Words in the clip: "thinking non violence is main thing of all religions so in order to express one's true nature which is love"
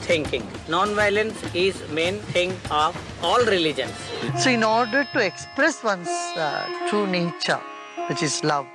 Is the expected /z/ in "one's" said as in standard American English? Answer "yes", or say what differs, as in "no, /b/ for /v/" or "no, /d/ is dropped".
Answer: no, /s/ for /z/